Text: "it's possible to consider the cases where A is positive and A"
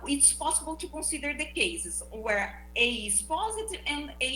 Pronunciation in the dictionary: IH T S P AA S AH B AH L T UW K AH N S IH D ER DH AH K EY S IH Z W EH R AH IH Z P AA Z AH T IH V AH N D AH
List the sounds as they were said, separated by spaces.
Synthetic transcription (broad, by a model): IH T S P AA S AH B AH L T UW K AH S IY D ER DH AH K EY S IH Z W EH R AH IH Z P AA Z AH T IH V AH N D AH